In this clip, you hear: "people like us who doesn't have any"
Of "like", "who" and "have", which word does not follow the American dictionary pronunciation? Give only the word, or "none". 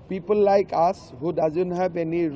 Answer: have